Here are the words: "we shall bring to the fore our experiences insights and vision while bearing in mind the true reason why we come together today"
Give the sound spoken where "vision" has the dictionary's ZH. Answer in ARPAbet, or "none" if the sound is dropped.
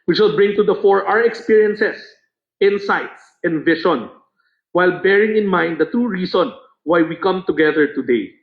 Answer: SH